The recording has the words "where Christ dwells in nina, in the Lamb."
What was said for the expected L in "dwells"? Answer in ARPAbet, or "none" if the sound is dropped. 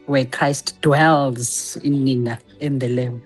L